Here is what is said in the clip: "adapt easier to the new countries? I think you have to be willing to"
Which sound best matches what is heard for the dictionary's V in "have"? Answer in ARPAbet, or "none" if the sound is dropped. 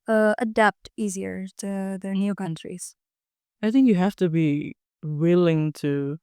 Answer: F